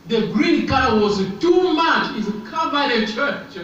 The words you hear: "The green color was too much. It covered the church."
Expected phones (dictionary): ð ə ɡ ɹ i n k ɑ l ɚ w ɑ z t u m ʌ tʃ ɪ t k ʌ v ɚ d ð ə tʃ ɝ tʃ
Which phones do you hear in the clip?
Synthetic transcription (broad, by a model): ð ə ɡ ɹ i n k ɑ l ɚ w ɑ z t u m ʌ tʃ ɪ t k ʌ b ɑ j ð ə tʃ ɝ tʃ